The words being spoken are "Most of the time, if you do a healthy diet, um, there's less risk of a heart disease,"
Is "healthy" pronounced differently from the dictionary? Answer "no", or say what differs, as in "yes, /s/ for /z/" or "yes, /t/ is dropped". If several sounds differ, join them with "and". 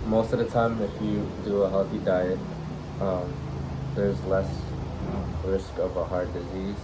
no